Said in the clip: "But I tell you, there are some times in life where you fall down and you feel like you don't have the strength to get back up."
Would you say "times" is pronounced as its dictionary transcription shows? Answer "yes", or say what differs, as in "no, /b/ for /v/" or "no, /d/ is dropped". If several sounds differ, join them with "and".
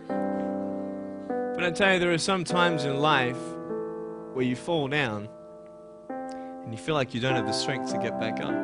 yes